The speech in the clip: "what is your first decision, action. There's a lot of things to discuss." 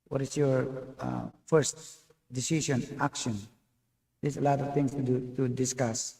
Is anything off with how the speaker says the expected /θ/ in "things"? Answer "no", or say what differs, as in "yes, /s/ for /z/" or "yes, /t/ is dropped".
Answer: yes, /t/ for /θ/